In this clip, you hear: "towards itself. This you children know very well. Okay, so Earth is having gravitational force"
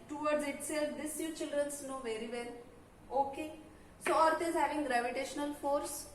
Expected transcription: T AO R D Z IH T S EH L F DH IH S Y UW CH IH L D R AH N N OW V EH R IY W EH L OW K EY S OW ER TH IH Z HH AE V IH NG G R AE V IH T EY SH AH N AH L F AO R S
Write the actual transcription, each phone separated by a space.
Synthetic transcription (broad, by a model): T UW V D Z IH T S EH L F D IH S Y UW CH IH L D R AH N N OW V EH R IY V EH L OW K EY S OW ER T IH Z HH AE V IH NG G R AE V IH T EY SH AH N AH L F AO R S